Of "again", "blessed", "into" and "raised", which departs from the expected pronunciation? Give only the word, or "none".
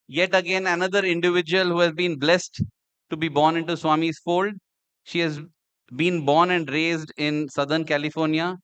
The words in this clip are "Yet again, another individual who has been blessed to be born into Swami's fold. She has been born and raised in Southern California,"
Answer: none